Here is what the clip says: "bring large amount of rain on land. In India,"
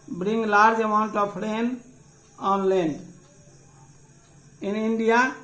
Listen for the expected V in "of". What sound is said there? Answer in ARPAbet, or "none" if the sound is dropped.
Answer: P